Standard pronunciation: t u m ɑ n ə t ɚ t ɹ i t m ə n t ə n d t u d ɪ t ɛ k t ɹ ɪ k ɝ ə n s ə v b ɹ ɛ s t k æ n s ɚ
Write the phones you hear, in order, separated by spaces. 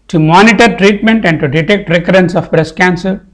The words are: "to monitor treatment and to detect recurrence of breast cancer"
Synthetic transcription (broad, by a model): t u m ɑ n ə t ɚ t ɹ i t m ə n t ə n d t u d ɪ t ɛ k t ɹ ɪ k ɝ ə n s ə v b ɹ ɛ s k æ n s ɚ